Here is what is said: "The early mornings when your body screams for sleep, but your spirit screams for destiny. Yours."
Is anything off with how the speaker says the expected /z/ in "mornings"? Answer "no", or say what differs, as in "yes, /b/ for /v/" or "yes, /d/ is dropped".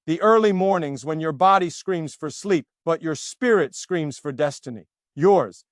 no